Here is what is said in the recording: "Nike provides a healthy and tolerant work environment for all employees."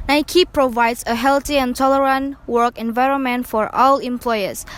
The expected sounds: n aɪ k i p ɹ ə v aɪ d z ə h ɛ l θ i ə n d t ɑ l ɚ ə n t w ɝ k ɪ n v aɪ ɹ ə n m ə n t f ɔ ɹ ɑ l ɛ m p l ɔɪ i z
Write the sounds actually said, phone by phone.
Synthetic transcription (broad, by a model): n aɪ k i p ɹ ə v aɪ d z ə h ɛ l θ i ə n t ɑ l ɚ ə n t w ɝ k ɪ n v aɪ ɹ ə n m ə n t f ɔ ɹ ɑ l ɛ m p l ɔɪ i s